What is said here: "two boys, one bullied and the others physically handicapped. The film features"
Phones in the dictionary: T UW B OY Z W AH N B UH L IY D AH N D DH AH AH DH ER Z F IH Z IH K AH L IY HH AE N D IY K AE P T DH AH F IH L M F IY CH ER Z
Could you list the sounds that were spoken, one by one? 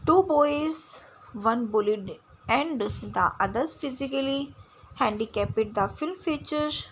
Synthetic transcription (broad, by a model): T UW B OY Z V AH N B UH L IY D AH N D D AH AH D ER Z F IH Z IH K AH L IY HH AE N D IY K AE P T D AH F IH L M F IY CH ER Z